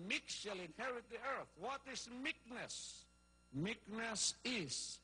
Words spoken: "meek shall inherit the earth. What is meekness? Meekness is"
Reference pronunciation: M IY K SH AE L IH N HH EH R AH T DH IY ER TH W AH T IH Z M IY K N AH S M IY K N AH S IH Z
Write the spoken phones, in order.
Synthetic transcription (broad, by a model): M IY K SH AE L IH N HH EH R AH T DH IY ER TH W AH T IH S M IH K N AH S M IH K N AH S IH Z